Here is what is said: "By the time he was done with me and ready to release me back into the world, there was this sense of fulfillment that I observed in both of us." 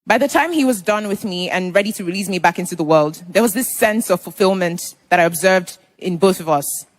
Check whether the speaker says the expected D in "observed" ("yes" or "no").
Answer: yes